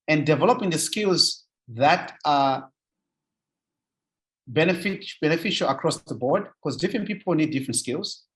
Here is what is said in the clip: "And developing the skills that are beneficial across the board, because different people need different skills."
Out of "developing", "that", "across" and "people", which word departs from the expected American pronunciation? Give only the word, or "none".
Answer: none